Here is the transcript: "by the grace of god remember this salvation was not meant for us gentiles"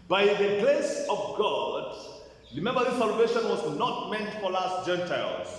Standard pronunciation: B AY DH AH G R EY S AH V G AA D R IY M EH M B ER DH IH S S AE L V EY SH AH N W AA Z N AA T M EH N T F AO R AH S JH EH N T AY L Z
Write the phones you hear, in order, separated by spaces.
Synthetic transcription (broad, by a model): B AY DH AH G L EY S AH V G AA D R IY M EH M B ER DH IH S S AE L V EY SH AH N W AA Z N AA T M EH N T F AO L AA S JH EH N T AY L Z